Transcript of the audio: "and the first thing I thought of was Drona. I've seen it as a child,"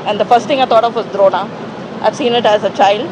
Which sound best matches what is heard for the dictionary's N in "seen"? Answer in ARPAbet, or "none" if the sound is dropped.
N